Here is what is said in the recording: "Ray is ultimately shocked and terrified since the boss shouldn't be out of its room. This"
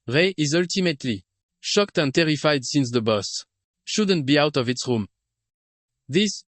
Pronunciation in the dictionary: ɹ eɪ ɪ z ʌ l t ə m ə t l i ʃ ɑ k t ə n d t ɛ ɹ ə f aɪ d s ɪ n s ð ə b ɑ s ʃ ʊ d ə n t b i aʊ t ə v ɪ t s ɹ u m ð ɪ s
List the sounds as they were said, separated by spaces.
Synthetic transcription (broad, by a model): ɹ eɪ ɪ z ʌ l t ə m ə t l i ʃ ɑ k t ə n t ɛ ɹ ə f aɪ d s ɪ n s ð ə b ɑ s ʃ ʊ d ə n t b i aʊ t ə v ɪ t s ɹ u m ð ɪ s